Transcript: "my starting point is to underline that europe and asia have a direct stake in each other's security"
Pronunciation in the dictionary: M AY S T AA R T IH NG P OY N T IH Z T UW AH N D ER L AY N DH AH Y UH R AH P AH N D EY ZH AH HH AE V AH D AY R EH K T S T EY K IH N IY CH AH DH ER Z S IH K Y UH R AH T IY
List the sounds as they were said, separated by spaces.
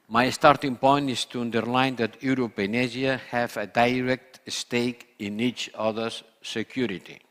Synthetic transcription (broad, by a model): M AY S T AA R T IH NG P OY N T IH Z T UW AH N D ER L AY N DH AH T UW R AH P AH N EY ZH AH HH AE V AH D AY R EH K T S T EY K IH N IY CH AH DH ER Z S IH K Y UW R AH T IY